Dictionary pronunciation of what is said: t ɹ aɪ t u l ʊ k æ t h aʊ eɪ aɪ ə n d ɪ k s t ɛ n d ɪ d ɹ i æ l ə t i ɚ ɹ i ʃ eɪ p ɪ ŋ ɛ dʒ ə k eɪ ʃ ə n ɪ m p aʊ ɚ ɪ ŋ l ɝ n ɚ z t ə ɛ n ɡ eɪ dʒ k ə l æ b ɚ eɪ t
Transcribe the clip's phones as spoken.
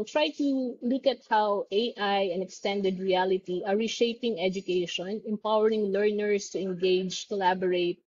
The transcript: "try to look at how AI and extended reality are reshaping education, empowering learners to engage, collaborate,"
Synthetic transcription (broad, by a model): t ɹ aɪ t u l ʊ k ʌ t h aʊ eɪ aɪ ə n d ɪ k s t ɛ n d ɪ d ɹ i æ l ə t i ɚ ɹ i ʃ eɪ p ɪ ŋ ɛ dʒ ə k eɪ ʃ ə n ɪ m p aʊ ɚ ɪ ŋ l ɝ n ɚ s t ə ɛ n ɡ eɪ dʒ k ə l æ b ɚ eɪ t